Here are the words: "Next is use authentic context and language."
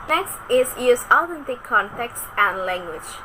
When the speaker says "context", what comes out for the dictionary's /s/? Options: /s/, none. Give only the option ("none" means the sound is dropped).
/s/